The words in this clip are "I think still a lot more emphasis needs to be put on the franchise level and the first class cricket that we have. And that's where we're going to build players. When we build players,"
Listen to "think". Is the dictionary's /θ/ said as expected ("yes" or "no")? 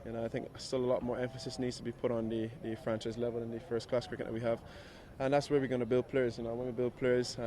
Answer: yes